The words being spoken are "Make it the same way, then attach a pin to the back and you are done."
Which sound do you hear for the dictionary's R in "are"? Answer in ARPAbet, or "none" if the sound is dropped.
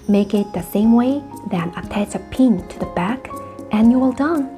L